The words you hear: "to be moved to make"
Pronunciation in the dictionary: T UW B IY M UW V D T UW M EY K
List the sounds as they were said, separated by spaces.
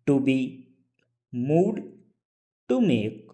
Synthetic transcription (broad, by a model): T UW B IY M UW D T UW M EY K